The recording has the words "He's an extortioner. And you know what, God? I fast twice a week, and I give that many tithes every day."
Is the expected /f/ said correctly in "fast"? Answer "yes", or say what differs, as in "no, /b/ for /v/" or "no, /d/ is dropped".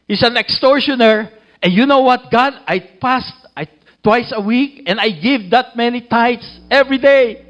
no, /p/ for /f/